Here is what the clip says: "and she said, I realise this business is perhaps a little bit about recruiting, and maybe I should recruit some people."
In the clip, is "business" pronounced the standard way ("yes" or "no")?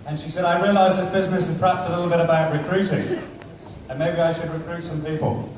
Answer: yes